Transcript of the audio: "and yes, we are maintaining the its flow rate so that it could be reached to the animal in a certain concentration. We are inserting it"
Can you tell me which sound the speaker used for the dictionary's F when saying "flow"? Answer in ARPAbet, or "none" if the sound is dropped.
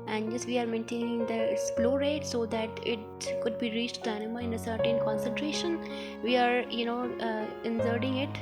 P